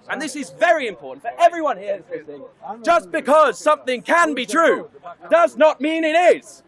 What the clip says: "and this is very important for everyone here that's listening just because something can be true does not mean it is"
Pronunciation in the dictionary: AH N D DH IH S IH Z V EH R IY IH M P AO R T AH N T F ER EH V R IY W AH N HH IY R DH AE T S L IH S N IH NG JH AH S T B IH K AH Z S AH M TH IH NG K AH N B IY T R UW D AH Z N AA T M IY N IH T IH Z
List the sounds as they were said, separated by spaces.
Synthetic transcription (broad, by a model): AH N DH IH S IH Z V EH R IY IH M P AO R T N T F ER EH V R IY W AH N HH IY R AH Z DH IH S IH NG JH AH S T B IH K AH Z S AH M TH IH NG K AH N B IY T R UW D AH Z N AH T M IY N IH T IH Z